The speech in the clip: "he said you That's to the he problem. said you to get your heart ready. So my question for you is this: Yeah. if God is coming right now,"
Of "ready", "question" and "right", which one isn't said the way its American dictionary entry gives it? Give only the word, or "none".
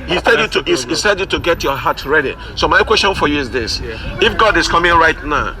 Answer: none